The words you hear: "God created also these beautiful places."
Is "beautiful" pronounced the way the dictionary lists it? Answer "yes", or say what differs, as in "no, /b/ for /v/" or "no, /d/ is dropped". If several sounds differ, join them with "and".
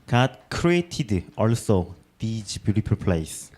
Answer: no, /p/ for /f/